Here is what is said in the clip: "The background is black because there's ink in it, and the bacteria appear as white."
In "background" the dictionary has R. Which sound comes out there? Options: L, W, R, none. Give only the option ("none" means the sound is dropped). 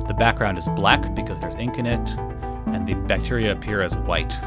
R